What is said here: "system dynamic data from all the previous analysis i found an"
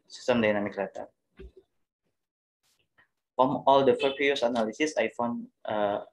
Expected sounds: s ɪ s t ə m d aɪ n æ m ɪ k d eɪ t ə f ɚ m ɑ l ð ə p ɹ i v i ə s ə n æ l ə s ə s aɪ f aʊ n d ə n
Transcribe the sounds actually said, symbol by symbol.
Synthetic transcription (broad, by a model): s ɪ s t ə m d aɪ n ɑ m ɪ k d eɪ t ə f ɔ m ɑ l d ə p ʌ p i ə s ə n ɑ l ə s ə s aɪ f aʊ n ə